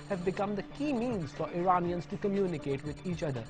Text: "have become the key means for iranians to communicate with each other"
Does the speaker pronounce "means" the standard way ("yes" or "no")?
yes